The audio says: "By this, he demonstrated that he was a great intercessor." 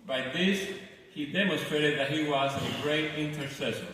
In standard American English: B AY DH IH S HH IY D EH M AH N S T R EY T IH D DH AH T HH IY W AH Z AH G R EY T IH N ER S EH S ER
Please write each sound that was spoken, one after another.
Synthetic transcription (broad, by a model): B AY DH IH S HH IY D EH M AH N S T R EY T IH D DH AH T HH IY W AH Z AH G R EY T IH N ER S EH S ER